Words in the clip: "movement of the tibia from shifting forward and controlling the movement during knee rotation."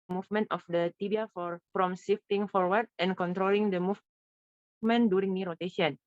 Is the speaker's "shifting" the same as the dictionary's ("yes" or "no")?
no